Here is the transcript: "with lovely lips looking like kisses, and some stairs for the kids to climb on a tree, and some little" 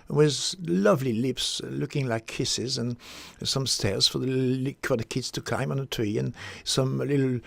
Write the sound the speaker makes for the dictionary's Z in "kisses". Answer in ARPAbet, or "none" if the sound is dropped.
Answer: Z